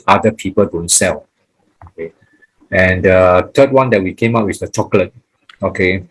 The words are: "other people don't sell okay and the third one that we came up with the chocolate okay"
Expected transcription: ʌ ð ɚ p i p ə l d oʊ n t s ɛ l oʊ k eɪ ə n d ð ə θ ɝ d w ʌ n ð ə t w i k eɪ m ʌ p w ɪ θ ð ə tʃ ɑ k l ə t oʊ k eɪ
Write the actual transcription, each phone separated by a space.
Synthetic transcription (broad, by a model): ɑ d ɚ p i p ə l d oʊ n t s ɛ l oʊ k eɪ ə n d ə t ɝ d w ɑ n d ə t w i k eɪ m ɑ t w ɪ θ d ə tʃ ɑ k l ə t oʊ k eɪ